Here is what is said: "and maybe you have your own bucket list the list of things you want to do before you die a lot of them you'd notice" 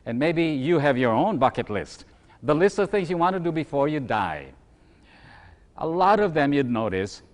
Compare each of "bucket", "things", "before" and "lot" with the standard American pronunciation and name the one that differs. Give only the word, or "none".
none